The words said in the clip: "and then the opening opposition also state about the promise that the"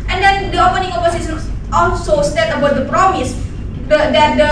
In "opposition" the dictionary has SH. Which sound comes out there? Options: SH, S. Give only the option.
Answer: S